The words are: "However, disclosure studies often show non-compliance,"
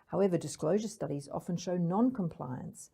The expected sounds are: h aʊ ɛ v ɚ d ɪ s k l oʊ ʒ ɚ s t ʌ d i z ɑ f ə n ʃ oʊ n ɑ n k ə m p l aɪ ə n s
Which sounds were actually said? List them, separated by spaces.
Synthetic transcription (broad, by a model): h aʊ ɛ v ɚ d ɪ s k l oʊ ʒ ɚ s t ʌ d i z ɑ f ə n ʃ oʊ n ɑ n k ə m p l aɪ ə n s